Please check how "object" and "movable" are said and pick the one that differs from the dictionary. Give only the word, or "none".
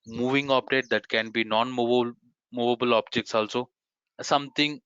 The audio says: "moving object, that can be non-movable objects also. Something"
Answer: object